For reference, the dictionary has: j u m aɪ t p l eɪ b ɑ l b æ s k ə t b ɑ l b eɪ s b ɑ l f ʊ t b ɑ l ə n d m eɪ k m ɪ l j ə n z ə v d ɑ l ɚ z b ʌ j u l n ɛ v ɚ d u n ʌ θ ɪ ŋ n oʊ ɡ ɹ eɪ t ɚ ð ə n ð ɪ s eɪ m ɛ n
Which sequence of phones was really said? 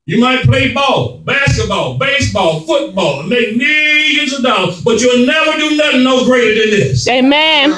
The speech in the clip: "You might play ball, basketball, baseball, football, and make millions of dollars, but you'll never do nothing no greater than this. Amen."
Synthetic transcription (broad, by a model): j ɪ m aɪ t p l eɪ b ɑ l b æ s k ə t b ɑ l b eɪ s b ɑ l f ʊ t b ɑ l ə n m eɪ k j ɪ j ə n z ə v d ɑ ʊ b ʌ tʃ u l n ɛ v ɚ d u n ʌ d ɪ n oʊ ɡ ɹ eɪ t ɚ ð ə n ð ɪ s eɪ m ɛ n